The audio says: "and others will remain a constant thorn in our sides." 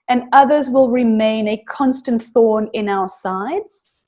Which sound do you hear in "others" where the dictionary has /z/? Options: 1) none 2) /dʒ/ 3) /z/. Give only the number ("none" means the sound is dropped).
3